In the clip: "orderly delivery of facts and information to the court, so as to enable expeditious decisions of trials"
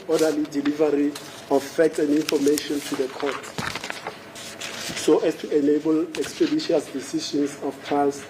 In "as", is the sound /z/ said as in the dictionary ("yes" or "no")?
no